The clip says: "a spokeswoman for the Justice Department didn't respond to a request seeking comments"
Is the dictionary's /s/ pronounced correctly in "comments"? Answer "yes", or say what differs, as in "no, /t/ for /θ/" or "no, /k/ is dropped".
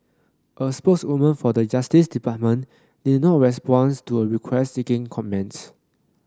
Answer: yes